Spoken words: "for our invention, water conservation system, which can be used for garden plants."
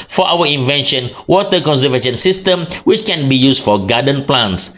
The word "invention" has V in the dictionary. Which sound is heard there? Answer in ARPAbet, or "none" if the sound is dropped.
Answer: V